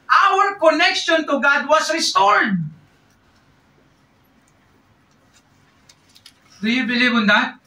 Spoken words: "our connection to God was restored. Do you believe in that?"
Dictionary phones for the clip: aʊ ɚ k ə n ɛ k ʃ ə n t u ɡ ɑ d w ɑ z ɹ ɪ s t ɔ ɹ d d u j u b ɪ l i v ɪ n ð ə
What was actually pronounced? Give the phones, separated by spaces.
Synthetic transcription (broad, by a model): aʊ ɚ k ə n ɛ k ʃ ə n t u ɡ ɑ d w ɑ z ɹ ɪ s t ɔ ɹ d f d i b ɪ l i b ɪ n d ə